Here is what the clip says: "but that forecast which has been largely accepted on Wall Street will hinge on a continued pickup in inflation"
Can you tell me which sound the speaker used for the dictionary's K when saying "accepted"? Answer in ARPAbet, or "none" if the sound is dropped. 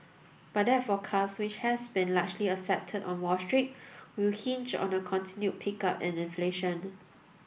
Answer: none